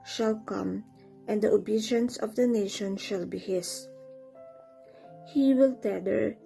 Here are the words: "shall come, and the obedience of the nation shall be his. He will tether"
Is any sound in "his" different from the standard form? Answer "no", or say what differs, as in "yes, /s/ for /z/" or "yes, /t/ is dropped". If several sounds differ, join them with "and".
yes, /s/ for /z/